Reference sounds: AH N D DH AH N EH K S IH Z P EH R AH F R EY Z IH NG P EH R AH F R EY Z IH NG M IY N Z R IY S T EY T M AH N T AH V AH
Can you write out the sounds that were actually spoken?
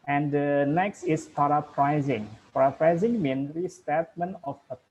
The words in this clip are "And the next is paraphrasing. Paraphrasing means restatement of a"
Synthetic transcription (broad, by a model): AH N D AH N EH K S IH S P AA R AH P R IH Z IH NG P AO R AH P R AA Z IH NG M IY N R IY S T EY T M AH N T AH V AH